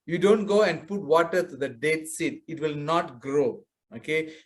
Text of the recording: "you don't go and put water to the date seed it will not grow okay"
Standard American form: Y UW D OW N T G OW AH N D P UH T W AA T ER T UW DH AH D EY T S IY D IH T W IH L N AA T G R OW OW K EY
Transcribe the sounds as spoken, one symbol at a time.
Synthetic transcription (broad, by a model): Y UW D OW N T G OW AH N D P UH T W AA T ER T UW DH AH D EY T S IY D IH T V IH L N AA T G R OW OW K EY